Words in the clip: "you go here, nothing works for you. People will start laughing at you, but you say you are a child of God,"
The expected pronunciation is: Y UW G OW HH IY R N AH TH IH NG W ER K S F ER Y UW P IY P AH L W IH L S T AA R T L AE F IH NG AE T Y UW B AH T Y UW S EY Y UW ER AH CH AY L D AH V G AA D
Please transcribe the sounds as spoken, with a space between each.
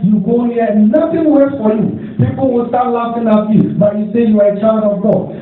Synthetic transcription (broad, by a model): Y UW G OW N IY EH N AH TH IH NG W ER S F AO Y UW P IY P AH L W IH L S T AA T L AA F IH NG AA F Y UW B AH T Y UW S EY Y UW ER AH CH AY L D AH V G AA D